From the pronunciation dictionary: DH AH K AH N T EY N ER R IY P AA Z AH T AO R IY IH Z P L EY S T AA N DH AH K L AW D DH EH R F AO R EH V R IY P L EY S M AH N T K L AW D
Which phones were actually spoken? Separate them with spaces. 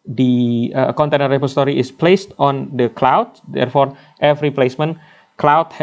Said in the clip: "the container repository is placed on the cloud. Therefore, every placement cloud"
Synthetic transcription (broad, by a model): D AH K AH N T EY N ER R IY P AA S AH T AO R IY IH S P L EY S T AA N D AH K L AW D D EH R F AO R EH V R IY P L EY S M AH N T K L AW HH